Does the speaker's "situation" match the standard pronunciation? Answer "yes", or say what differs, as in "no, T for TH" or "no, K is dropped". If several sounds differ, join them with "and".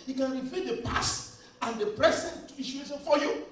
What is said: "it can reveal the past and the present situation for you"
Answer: no, SH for CH